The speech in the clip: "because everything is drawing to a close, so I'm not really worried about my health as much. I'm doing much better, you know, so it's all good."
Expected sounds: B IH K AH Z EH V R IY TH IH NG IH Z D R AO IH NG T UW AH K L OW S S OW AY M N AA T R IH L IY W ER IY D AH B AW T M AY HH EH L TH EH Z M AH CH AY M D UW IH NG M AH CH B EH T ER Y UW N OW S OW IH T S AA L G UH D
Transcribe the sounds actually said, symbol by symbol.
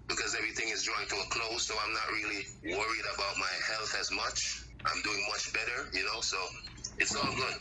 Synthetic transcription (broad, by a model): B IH K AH Z EH V R IY TH IH NG IH Z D R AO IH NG T UW AH K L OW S S OW AY M N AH T R IH L IY W ER IY D AH B AW T M AY HH EH L TH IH Z M AH CH AY M D UW IH NG M AH CH B EH T ER Y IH N OW S OW IH T S AA L G UH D